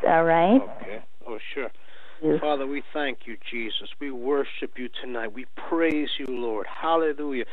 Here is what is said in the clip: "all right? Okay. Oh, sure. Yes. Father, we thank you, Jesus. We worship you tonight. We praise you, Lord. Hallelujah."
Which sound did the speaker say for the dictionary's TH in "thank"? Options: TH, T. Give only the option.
TH